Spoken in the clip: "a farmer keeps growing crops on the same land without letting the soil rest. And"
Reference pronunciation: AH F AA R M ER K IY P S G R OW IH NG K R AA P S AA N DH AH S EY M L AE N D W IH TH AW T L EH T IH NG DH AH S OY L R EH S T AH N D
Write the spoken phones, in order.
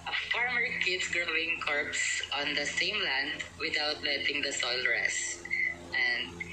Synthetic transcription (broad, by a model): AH F AA R M ER K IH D S G R OW IH NG K R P S AA N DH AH S EY M L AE N D W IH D AW T L EH T IH NG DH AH S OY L R EH S T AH N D